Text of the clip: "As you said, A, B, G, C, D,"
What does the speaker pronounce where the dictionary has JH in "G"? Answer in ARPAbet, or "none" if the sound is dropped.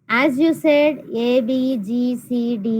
JH